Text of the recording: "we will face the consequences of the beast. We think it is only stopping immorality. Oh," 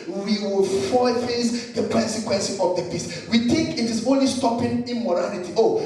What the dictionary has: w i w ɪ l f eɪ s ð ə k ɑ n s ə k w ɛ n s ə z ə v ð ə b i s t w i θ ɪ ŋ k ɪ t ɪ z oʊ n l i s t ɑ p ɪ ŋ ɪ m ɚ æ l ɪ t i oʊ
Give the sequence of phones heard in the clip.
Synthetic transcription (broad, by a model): w i w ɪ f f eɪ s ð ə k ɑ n s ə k w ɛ n s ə ə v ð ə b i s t w i t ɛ k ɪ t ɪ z oʊ n l i s t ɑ p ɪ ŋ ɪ m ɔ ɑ l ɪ t i oʊ